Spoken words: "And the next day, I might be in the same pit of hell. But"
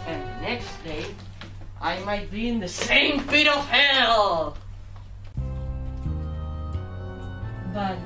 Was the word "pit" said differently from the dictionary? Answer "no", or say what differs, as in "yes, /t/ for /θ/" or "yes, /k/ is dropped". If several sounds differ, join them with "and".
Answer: yes, /f/ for /p/